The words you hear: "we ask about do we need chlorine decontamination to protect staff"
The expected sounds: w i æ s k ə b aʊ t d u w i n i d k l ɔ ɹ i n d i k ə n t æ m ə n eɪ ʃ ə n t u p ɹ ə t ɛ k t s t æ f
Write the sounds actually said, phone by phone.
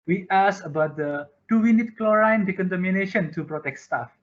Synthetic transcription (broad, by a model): w i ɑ s ə b aʊ t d u w i n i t k l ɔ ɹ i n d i k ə n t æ m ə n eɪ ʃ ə n t u p ɹ ə t ɛ k t s t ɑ f